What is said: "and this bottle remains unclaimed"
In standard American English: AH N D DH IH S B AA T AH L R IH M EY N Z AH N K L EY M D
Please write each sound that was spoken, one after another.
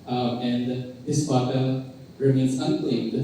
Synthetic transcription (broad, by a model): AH N D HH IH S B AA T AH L R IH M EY N S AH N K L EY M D